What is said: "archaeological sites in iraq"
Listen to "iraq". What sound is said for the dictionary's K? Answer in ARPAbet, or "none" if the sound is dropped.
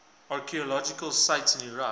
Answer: none